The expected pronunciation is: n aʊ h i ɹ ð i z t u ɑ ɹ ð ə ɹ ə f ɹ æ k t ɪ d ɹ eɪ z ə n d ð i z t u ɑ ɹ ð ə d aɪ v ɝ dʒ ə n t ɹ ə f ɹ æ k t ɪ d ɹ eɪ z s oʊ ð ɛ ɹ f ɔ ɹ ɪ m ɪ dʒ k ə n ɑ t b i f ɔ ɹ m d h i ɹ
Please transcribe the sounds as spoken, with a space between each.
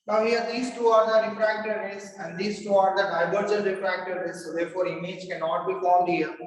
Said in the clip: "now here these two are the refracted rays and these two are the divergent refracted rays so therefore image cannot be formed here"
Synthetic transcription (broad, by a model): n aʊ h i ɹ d i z t u ɑ ɹ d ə ɹ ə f ɹ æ k t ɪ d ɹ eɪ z ə n d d i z t u ɑ ɹ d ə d aɪ b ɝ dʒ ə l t ɹ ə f ɹ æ k t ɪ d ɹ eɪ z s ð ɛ ɹ f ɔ ɹ ɪ m ɪ dʒ k ə n ɑ t b i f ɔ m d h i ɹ